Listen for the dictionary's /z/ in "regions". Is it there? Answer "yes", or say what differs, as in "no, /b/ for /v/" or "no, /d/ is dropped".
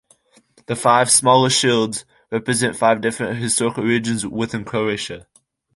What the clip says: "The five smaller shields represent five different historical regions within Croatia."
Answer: yes